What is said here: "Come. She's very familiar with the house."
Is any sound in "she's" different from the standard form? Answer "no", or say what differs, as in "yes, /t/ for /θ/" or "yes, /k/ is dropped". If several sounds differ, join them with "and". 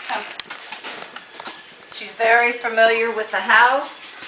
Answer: no